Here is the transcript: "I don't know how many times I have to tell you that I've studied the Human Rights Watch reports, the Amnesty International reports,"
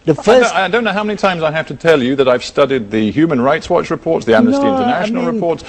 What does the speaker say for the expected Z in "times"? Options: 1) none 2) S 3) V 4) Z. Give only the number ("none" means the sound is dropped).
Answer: 4